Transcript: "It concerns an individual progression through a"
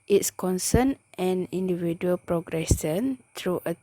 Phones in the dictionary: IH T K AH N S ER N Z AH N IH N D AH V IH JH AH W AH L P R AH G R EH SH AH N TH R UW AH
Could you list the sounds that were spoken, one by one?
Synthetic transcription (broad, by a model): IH T K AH N S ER N AH N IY N D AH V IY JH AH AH L P R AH G R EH S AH N T R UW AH